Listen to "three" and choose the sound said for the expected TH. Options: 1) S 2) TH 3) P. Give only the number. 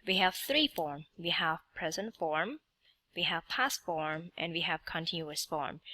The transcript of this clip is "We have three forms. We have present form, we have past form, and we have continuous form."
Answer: 2